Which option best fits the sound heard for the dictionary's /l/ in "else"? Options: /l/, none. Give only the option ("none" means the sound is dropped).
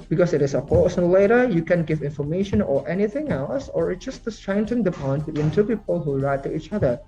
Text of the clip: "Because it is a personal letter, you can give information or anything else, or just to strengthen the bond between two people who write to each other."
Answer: /l/